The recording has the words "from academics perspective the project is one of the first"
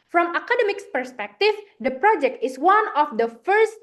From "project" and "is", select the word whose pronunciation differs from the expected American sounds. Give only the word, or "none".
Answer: is